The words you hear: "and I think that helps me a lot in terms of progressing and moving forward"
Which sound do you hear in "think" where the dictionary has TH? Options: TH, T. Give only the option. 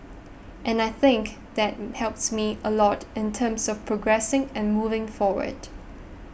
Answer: TH